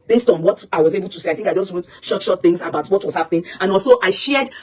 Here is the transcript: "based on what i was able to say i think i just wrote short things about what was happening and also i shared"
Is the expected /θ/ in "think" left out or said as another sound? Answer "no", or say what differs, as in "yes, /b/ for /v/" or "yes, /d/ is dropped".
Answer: no